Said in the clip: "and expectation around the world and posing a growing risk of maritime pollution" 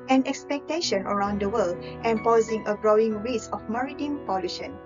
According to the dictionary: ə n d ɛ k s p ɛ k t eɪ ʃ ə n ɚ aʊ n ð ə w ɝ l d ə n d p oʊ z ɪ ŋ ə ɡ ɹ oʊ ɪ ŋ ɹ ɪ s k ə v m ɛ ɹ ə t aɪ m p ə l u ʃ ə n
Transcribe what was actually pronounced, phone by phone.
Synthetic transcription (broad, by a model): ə n ɛ k s p ɛ k t eɪ ʃ ə n ɚ aʊ n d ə w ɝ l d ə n p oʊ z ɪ ŋ ə ɡ ɹ oʊ ɪ ŋ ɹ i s ə f m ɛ ɹ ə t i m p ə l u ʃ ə n